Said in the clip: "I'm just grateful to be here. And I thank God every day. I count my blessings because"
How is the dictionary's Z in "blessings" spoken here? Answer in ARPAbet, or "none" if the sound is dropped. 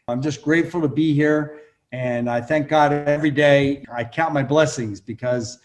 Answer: Z